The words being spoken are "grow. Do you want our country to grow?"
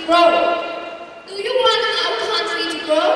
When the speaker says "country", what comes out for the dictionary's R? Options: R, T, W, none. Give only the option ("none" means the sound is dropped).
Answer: none